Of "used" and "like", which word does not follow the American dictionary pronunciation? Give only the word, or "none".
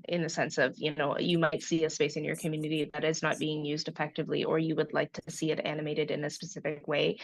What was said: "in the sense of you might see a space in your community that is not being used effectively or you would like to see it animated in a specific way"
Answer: none